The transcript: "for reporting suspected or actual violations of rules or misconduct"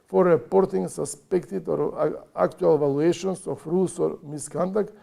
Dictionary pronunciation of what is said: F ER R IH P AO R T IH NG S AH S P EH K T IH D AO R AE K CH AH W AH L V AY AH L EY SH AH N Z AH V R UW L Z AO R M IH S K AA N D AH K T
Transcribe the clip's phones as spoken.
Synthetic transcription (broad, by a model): F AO R IH P AO R T IH NG S AH S P EH K T IH D AO R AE K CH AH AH L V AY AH L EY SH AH N S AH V R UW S AO R M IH S K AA N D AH K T